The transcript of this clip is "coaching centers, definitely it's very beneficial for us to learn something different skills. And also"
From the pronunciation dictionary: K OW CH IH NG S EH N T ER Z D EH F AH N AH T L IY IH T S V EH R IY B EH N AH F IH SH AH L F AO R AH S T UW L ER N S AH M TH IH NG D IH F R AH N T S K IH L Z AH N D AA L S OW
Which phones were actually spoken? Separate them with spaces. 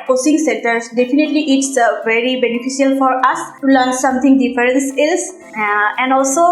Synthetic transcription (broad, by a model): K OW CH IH NG S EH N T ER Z D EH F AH N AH T L IY IH T S V EH R IY B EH N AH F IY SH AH L F AO R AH S T UW L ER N S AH M T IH NG D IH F R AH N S IH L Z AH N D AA L S OW